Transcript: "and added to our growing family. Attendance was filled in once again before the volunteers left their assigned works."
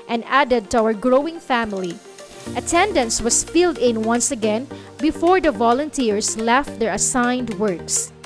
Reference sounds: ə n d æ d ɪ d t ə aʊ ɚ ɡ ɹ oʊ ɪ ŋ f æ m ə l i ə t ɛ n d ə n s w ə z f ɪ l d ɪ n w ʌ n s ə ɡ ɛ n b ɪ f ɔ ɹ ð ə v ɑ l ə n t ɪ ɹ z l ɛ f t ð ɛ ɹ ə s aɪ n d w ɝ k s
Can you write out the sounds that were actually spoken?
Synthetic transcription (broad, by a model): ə n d æ d ɪ d t ə aʊ ɚ ɡ ɹ oʊ ɪ ŋ f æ m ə l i ə t ɛ n d ə n s w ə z f ɪ l d ɪ n w ʌ n s ə ɡ ɛ n b ɪ f ɔ ɹ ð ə v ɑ l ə n t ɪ ɹ s l ɛ f t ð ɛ ɹ ə s aɪ n d w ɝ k s